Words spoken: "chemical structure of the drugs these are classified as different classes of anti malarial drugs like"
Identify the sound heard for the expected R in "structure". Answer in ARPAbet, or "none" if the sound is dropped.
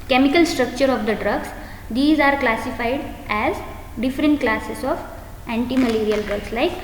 R